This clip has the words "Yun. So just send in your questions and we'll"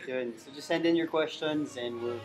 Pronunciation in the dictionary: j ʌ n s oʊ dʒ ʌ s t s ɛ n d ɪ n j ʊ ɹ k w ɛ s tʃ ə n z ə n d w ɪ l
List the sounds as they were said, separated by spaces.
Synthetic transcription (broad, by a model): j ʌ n s oʊ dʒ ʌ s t s ɛ n d ɪ n j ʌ ɹ k w ɛ s tʃ ə n z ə n w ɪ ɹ